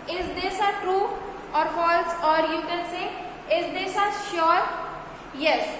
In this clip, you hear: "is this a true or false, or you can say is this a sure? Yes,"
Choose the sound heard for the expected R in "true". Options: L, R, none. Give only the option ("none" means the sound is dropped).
R